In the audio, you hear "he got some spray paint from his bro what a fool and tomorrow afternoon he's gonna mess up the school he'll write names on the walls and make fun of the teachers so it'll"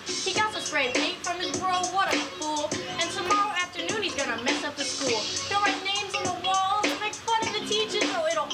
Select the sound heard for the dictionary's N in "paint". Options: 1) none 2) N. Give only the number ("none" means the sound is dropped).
1